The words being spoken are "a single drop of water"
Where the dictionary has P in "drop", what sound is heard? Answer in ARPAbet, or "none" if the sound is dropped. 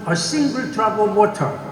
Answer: B